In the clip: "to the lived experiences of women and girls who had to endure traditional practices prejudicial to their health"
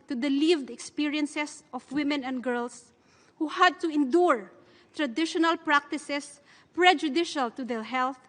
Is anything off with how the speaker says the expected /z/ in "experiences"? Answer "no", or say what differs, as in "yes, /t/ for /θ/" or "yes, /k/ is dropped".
yes, /s/ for /z/